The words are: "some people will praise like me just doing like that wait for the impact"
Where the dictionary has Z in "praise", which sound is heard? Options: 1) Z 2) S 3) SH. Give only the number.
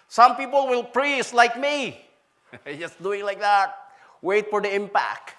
2